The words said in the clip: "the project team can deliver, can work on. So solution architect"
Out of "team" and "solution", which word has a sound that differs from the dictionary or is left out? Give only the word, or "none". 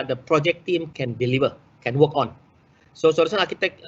solution